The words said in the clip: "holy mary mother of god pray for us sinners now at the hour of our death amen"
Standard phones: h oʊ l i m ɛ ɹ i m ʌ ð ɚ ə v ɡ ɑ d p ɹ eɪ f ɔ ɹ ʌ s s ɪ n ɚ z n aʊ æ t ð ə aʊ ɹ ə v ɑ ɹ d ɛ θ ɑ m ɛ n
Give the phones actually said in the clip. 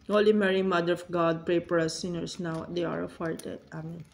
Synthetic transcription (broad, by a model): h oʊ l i m ɛ ɹ i m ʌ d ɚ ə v ɡ ɑ d p ɹ eɪ p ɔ ɹ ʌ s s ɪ n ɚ s n aʊ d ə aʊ ɹ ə f ɑ ɹ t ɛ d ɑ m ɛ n